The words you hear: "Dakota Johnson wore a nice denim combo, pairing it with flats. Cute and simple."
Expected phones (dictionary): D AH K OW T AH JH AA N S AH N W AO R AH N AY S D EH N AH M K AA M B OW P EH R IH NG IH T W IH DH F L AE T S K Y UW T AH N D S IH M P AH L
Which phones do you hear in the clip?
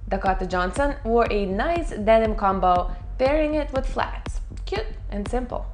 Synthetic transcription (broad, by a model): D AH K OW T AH JH AA N S AH N W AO R AH N AY S D EH N AH M K AA M B OW B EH R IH NG IH T W IH DH F L AE T S K Y UW T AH N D S IH M P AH L